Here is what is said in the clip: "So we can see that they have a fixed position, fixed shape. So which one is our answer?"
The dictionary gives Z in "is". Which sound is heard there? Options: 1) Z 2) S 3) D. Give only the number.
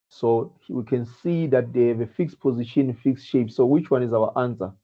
1